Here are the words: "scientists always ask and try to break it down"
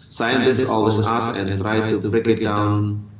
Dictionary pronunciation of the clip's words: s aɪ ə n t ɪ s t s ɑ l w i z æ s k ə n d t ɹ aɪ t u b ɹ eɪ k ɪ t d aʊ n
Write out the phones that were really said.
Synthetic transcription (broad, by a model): s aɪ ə n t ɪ s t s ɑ l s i ɑ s ə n t ɹ aɪ t u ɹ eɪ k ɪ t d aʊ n